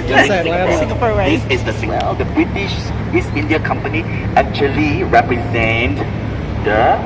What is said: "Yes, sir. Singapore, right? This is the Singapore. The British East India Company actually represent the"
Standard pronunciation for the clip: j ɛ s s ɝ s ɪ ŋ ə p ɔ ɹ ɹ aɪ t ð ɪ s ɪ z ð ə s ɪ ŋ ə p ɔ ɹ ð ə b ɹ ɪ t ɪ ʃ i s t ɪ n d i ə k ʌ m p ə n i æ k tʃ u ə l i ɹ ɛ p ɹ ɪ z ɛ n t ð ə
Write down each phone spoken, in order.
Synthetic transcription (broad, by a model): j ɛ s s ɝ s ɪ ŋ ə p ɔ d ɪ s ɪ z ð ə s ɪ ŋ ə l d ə b ɹ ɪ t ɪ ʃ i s ɪ n d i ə k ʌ m p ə n i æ k tʃ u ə l i ɹ ɛ p ɹ ɪ z ɛ n t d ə